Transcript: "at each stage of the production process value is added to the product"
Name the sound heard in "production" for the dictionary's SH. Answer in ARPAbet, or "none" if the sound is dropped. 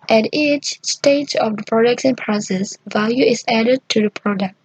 S